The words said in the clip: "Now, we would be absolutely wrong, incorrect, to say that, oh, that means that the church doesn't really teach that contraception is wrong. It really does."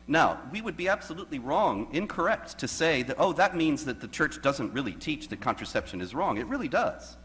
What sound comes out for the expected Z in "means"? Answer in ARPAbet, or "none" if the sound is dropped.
Z